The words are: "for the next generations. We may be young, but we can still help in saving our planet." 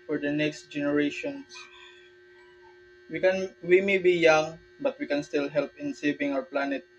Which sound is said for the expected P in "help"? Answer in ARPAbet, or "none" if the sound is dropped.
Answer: P